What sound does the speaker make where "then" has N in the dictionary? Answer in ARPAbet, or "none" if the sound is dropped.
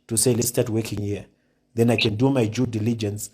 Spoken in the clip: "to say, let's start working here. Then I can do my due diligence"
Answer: N